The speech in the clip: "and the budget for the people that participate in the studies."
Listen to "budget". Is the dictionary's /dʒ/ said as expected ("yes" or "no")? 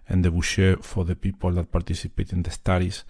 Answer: no